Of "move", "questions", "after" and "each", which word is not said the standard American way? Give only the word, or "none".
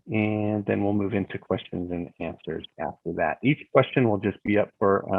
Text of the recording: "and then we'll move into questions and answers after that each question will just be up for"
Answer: none